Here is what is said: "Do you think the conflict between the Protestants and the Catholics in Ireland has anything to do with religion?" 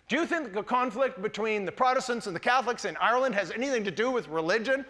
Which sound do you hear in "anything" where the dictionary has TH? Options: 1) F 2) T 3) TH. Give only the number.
3